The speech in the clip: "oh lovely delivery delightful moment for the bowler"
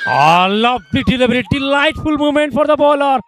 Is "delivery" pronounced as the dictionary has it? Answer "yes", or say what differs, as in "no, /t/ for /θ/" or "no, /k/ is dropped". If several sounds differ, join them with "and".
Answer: no, /b/ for /v/